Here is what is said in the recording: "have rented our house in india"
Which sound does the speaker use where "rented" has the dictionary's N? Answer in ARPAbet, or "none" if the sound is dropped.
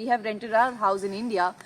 N